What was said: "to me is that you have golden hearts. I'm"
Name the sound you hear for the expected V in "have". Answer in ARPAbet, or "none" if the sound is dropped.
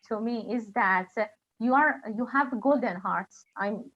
V